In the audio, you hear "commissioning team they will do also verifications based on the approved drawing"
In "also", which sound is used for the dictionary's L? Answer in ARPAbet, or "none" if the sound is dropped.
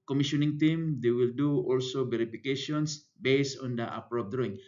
L